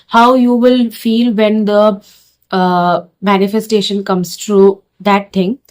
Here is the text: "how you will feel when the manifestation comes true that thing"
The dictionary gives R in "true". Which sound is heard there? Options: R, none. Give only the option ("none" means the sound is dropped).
R